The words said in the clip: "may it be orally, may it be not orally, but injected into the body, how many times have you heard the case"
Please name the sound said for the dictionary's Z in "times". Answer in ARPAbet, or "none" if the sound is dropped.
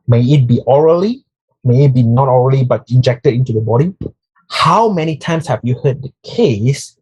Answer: S